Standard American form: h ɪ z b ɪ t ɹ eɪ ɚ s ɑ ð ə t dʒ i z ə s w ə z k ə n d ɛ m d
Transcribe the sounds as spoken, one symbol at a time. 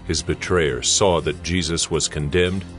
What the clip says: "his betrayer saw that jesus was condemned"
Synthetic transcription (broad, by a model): h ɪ z b ɪ t ɹ eɪ ɚ s ɑ ð ə t dʒ i z ə s w ə z k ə n d ɛ m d